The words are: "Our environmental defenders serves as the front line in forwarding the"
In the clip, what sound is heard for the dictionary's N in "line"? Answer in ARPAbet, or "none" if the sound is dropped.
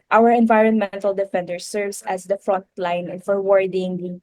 none